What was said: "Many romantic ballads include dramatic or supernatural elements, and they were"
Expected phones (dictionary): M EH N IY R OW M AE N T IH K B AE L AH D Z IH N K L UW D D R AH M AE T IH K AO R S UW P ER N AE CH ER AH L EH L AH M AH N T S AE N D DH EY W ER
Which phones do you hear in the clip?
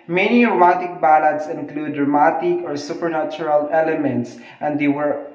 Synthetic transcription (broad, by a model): M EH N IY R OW M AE T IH K B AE L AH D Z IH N K L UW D D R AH M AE T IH K AO R S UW P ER N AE CH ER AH L EH L AH M AH N T S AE N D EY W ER